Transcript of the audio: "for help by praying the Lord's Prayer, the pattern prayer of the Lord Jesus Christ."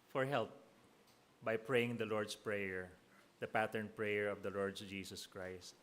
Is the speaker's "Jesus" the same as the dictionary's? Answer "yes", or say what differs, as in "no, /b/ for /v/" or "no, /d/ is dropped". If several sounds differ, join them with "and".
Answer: no, /s/ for /z/